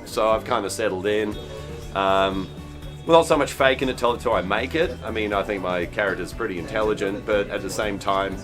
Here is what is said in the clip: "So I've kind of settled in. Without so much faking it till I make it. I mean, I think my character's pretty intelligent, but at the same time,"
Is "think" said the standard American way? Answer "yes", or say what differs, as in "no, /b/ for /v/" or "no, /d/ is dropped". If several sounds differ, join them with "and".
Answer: yes